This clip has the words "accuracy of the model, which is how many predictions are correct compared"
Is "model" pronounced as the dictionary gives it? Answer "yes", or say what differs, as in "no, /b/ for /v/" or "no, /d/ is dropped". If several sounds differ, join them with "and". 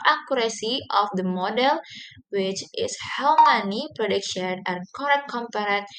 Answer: yes